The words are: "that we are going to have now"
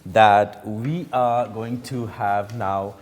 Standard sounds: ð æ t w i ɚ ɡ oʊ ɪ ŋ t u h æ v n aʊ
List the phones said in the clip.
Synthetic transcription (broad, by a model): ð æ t w i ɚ ɡ oʊ ɪ ŋ t u h æ v n aʊ